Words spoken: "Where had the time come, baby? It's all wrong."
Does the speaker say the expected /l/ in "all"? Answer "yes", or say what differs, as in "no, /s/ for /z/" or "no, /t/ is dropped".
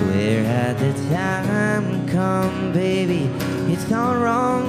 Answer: no, /n/ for /l/